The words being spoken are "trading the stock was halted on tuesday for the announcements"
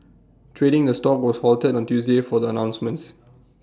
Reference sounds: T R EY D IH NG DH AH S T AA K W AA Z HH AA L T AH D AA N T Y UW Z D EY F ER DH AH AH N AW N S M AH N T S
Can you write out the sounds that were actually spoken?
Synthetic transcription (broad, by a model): T R EY D IH NG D AH S T AA K W AA S HH AA L T AH D AA N T Y UW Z D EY F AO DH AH AH N AW N S M AH N T S